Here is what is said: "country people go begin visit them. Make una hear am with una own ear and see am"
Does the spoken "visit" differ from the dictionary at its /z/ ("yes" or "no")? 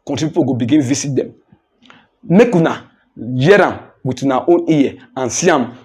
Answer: yes